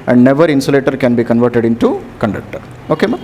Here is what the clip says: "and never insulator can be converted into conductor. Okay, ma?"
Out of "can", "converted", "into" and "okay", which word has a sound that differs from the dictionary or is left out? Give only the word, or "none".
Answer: none